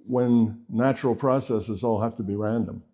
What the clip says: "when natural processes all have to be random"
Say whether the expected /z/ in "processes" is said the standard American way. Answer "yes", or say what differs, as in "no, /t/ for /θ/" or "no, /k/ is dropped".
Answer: yes